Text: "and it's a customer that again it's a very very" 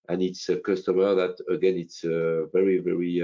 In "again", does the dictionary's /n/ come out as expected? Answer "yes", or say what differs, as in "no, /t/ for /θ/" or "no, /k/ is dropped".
yes